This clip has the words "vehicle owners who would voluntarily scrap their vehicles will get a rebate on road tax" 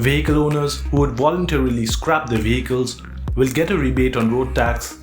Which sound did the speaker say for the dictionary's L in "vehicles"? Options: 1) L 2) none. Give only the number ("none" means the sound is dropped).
1